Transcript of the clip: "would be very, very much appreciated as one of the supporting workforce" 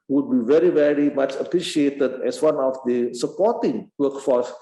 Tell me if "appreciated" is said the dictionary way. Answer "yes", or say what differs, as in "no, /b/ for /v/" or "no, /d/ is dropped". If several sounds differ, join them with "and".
yes